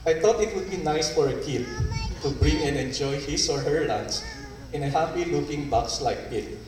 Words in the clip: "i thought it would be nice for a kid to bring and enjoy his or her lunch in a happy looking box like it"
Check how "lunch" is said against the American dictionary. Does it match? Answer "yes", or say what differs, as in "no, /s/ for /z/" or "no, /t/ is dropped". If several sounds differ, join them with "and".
no, /s/ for /tʃ/